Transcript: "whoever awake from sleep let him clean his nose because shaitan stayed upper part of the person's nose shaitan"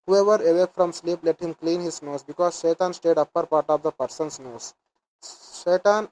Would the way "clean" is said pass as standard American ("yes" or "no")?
yes